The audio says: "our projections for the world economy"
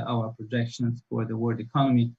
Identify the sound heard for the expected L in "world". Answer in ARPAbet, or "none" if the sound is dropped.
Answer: none